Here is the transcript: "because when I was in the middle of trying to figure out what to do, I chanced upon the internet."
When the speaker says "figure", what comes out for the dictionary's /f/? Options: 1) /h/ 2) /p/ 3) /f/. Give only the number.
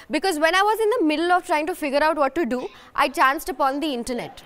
3